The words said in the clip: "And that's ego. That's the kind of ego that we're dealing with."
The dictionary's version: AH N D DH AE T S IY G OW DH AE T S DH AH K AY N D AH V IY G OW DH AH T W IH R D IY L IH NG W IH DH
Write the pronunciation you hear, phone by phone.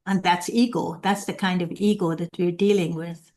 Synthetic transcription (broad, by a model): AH N DH AE T S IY G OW DH AE T S DH AH K AY N D AH V IY G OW DH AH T W IH R D IY L IH NG W IH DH